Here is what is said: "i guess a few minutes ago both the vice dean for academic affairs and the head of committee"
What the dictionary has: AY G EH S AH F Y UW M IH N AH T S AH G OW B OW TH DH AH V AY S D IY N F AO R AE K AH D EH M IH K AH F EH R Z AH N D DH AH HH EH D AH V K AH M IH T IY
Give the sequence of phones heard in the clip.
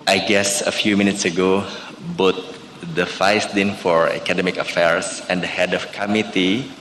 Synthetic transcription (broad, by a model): AY G EH S AH F Y UW M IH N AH T S AH G OW B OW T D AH F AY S D IY N F AO R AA K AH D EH M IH K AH F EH R S AH N D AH HH EH D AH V K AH M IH T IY